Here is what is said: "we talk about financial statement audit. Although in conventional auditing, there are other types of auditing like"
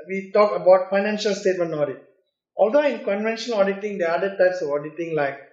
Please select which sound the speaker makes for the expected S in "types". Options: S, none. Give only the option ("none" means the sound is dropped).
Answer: S